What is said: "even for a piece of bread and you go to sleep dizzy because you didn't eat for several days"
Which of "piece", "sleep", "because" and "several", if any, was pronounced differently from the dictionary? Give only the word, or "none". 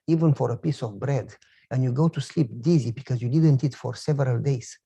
none